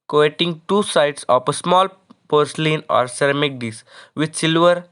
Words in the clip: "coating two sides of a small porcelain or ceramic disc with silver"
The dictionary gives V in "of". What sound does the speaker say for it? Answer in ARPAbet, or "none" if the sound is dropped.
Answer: P